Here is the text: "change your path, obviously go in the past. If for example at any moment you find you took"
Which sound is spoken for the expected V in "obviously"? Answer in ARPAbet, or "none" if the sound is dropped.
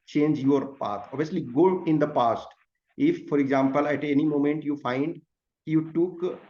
none